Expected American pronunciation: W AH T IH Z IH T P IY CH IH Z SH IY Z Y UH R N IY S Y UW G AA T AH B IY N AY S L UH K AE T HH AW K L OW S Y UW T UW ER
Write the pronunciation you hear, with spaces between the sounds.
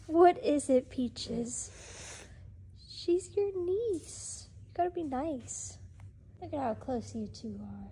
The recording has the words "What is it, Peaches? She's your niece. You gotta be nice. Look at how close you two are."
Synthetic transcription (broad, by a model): W AH T IH Z IH T P IY CH IH Z SH IY Z Y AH R N IY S Y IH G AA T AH B IY N AY S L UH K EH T HH AW K L OW S Y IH T UW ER